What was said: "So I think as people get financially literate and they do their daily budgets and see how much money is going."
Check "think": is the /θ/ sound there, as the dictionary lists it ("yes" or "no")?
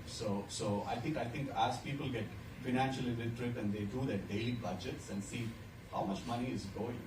no